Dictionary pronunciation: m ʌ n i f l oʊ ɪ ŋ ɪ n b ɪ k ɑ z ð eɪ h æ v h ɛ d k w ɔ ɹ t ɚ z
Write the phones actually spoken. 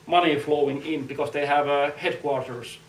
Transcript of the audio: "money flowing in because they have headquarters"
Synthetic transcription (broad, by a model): m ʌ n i f l oʊ ɪ ŋ ɪ n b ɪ k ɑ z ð eɪ h æ v h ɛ d k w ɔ ɹ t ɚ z